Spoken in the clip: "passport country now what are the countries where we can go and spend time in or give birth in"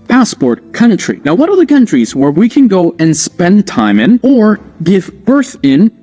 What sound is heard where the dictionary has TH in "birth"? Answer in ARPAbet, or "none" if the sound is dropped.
TH